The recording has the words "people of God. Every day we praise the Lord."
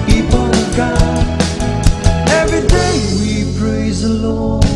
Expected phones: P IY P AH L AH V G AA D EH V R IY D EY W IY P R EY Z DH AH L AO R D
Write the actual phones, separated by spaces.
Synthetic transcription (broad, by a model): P IY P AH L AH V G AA EH V R IY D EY W IY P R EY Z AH L AO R